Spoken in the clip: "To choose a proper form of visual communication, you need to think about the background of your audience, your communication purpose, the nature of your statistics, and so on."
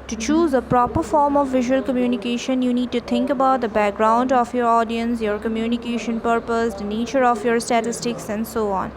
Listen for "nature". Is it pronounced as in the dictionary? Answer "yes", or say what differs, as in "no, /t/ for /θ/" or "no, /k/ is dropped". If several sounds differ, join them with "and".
yes